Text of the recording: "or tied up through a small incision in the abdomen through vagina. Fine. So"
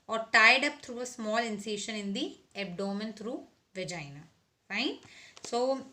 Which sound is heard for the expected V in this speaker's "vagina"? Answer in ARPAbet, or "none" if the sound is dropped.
V